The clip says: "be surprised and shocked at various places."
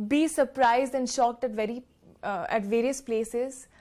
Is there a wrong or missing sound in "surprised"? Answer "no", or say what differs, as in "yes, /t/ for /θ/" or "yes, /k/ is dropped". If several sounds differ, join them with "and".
no